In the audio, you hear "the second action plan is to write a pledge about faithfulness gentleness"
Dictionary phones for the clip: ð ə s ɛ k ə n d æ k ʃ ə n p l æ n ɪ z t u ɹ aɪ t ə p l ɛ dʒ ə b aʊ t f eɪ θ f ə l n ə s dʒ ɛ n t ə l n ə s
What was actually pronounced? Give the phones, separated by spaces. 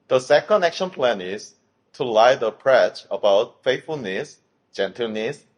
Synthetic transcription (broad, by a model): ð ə s ɛ k ə n d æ k ʃ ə n p l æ n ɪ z t u l aɪ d ə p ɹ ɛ tʃ ə b aʊ t f eɪ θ f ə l n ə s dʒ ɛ n t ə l n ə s